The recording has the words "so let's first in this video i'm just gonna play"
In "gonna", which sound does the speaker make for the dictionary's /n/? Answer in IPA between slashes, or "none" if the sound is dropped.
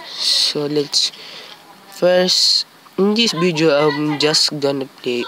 /n/